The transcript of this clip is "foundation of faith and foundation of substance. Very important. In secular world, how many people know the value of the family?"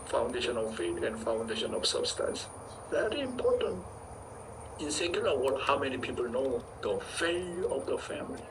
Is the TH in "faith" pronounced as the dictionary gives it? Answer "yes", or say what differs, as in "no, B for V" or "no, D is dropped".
no, T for TH